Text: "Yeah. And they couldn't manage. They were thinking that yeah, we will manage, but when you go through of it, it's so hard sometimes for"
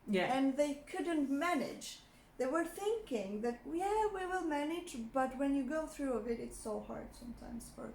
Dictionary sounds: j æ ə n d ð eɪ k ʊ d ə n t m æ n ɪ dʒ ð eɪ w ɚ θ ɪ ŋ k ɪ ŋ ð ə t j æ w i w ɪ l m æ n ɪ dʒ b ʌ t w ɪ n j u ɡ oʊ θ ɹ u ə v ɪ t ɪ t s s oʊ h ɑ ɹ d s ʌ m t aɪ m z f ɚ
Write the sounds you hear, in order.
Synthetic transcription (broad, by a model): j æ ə n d ð eɪ k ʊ d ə n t m æ n ɪ dʒ ð eɪ w ɚ θ ɪ ŋ k ɪ ŋ ð ə t j æ w i w ɪ l m æ n ɪ dʒ b ʌ t w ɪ n j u ɡ oʊ θ ɹ u ə v ɪ t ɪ t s s oʊ h ɑ ɹ d s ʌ m t aɪ m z f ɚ